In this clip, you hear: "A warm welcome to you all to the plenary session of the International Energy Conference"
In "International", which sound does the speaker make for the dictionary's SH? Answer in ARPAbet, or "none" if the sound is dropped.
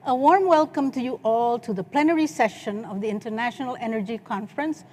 SH